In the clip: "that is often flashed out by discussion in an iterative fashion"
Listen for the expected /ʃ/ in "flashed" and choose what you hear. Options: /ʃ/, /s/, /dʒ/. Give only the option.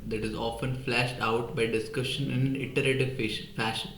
/ʃ/